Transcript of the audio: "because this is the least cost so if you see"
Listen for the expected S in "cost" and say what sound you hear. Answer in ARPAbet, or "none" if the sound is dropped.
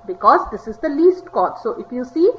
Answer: none